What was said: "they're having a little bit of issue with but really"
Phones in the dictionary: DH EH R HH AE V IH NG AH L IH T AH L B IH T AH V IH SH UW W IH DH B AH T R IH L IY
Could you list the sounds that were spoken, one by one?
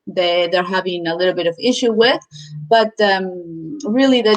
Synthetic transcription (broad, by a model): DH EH R HH AE V IH NG AH L IH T L B IH T AH V IH SH UW W IH DH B AH T R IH L IY